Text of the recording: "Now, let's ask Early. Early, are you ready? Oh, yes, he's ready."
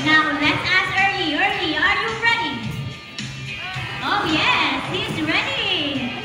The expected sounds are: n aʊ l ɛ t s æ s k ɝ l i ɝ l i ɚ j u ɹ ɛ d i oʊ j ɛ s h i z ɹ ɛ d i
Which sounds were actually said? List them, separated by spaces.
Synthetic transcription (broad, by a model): n aʊ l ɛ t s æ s ɝ l i ɝ l i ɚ j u ɹ ɛ d i oʊ j ɛ s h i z ɹ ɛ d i